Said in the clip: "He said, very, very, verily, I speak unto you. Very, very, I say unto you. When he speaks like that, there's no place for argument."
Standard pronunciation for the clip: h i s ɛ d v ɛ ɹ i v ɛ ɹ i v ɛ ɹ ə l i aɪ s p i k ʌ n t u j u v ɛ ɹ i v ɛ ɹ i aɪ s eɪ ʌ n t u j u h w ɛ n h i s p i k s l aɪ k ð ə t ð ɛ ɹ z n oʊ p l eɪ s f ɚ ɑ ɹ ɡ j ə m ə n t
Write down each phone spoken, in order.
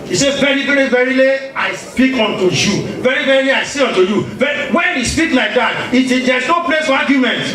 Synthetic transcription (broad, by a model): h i s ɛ v ɛ ɹ i v ɛ ɹ i v ɛ ɹ ə l i aɪ s p i k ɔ n t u j u v ɛ ɹ i v ɛ ɹ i aɪ s eɪ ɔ n t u j u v w ɛ n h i s p i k l aɪ k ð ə t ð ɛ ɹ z n oʊ p l eɪ s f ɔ ɑ ɡ j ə m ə n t